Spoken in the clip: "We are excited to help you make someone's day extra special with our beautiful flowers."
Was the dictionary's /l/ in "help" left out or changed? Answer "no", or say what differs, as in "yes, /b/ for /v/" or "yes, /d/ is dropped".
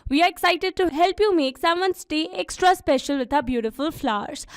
no